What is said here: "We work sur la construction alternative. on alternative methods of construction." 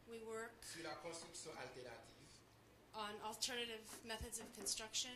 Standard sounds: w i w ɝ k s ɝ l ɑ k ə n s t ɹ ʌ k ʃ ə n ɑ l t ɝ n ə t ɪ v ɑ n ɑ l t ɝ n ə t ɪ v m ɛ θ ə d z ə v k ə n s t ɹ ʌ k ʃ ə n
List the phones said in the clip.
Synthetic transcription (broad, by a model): w i w ɝ k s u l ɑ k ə s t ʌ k s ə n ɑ l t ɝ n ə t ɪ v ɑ n ɑ l t ɝ n ə t ɪ v m ɛ θ ə d z ə v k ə n s t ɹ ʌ k ʃ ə